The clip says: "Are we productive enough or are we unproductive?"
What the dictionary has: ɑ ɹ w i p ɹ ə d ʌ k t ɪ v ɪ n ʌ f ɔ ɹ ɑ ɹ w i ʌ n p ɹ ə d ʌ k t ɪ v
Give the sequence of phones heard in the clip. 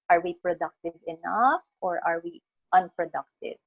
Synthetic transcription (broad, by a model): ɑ ɹ w i p ɹ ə d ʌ k t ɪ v ɪ n ʌ f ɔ ɹ ɑ ɹ w i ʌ n p ɹ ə d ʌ k t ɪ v